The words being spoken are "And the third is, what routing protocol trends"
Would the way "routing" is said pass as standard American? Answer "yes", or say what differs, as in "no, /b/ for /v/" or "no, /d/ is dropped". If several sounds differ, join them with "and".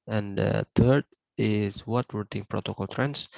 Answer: no, /w/ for /ɹ/